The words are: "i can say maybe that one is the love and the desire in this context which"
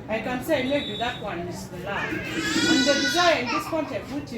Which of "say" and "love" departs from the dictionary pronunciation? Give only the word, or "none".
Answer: love